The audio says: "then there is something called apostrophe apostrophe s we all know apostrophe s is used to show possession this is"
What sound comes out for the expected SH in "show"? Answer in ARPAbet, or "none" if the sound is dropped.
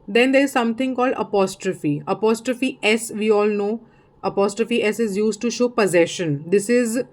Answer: SH